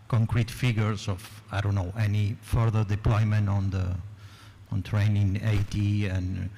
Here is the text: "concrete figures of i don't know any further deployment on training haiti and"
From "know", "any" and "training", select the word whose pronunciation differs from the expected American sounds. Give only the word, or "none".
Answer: none